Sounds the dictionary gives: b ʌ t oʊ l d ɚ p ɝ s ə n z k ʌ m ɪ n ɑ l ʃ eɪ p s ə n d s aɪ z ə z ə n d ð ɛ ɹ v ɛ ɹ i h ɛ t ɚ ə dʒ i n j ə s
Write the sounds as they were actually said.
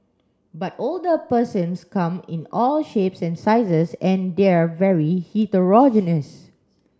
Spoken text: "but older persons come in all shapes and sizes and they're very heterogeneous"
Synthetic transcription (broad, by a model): b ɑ t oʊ l d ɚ p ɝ s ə n s k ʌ m ɪ n ɑ l ʃ eɪ p s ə n s aɪ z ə s ə n d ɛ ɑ v ɛ ɹ i h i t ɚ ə dʒ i n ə s